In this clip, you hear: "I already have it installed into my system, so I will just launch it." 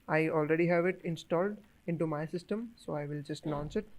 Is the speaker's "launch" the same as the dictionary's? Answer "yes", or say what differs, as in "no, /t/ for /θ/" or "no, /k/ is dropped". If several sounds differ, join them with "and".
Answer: no, /n/ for /l/ and /s/ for /tʃ/